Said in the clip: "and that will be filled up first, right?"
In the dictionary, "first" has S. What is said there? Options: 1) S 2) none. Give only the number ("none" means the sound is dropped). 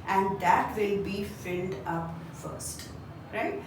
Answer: 1